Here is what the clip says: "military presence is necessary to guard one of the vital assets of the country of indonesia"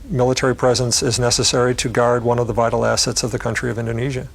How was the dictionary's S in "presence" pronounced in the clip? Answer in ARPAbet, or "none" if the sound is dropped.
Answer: S